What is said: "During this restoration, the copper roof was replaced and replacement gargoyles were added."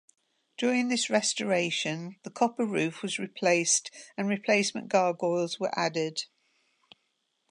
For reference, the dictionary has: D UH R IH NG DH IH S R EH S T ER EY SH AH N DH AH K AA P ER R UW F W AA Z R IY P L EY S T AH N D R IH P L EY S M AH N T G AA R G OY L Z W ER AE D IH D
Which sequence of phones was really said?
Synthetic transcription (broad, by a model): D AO R IH NG DH IH S R EH S T ER EY SH AH N DH AH K AA P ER R UW F W AA Z R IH P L EY S T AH N R IH P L EY S M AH N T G AA G OY L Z W ER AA D IH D